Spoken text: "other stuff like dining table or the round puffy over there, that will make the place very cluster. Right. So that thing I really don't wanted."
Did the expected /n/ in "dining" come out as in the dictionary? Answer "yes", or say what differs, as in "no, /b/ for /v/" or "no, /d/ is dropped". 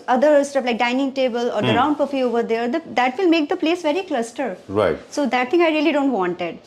yes